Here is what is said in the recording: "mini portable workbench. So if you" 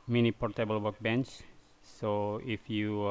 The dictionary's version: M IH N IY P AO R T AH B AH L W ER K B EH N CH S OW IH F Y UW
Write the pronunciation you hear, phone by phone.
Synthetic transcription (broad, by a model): M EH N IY P AO R T AH B AH L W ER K B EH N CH S OW IH F Y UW